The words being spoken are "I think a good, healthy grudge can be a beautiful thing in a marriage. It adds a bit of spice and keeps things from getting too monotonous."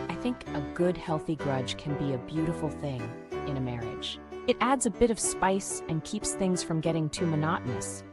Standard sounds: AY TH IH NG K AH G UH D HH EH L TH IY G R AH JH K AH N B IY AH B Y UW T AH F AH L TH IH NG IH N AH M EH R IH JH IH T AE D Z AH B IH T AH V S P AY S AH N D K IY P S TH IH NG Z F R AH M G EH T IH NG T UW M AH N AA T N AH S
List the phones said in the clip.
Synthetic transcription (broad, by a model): AY TH IH NG K AH G UH D HH EH L TH IY G R AH JH K AH N B IY AH B Y UW T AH F L TH IH NG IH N AH M EH R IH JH IH T AE D Z AH B IH T AH V S P AY S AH N K IY P S TH IH NG Z F R AH M G EH T IH NG T UW M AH N AA T N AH S